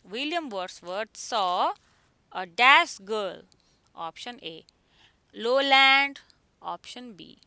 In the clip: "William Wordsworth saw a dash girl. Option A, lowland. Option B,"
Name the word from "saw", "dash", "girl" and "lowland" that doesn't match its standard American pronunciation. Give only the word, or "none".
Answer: dash